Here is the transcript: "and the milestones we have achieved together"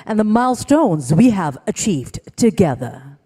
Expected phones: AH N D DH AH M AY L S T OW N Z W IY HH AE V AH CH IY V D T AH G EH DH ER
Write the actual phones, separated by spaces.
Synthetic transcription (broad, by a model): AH N DH AH M AY L S T OW N Z W IY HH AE V AH CH IY V D T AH G EH DH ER